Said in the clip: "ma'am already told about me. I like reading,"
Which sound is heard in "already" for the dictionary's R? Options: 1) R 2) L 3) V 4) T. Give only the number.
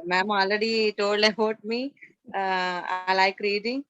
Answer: 2